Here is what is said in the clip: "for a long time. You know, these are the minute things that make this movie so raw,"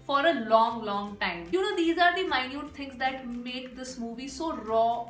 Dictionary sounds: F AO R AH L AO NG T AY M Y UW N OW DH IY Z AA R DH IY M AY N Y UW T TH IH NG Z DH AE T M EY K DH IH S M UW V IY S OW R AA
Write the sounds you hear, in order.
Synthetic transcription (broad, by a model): F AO R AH L AO NG T AY M Y UW N OW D IY Z AA R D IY M AY N Y UW T T IH NG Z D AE T M EY K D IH S M UW V IY S OW R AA